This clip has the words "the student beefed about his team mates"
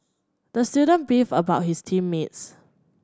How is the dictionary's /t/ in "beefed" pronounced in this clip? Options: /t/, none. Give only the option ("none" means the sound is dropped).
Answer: none